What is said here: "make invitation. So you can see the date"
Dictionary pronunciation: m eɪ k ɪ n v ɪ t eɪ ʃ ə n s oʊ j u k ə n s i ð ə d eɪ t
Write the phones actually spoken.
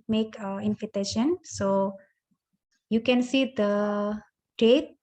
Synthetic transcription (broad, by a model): m eɪ k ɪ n f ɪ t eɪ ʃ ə n s oʊ j u k ə n s i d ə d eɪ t